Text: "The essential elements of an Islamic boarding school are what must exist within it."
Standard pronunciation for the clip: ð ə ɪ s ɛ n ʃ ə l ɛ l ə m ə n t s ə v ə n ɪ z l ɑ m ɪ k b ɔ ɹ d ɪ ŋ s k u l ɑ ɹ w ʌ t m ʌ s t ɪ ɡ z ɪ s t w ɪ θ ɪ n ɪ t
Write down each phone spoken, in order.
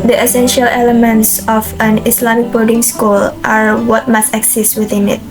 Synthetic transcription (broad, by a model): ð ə ɪ s ɛ n ʃ ə l ɛ l ə m ə n t s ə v ə n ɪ s l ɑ m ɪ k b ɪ l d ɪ ŋ s k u l ɑ ɹ w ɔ t m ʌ s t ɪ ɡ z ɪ s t w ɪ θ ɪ n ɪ t